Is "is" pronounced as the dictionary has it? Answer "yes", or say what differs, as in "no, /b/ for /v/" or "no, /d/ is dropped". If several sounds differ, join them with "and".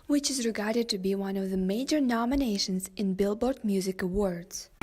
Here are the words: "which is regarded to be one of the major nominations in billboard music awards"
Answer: yes